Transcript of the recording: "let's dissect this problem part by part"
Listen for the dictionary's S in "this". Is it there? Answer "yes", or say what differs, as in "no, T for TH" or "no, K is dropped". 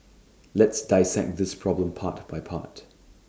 yes